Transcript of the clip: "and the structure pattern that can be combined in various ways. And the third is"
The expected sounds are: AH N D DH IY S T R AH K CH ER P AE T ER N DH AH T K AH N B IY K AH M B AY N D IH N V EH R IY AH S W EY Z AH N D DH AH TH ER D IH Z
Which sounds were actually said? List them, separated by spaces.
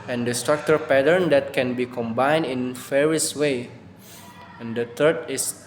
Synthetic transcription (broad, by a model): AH N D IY S T R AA K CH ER P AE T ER N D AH T K AH N B IY K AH M B AY N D IH N F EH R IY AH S W EY AH N D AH T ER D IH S